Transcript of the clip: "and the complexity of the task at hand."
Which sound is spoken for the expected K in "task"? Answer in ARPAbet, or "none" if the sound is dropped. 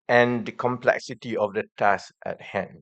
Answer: none